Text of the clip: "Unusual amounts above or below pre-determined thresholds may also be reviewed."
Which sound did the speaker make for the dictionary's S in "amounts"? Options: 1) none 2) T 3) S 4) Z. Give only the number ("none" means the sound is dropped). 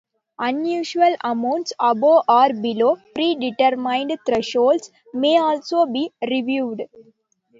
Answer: 3